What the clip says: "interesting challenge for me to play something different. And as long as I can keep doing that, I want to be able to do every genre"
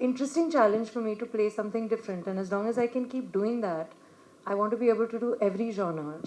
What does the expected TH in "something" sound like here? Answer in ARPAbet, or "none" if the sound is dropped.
T